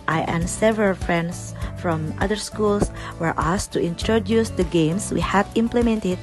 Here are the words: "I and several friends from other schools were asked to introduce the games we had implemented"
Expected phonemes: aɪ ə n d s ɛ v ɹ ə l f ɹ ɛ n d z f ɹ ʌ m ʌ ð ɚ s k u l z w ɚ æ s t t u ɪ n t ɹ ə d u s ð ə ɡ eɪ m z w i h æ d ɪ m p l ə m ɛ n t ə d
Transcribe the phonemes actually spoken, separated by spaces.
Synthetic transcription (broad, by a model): aɪ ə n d s ɛ v ɹ ə l f ɹ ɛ n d s f ɹ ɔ m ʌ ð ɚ s k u l s w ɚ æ s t t u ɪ n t ɹ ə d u s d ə ɡ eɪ m s w i h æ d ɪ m p l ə m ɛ n t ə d